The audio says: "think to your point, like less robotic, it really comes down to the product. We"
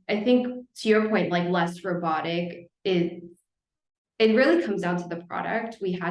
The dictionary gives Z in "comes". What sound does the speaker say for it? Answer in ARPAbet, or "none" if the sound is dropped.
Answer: Z